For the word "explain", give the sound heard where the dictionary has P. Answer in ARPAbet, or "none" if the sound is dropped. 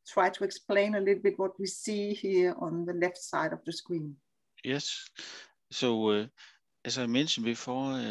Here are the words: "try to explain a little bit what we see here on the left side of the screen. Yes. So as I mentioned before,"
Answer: P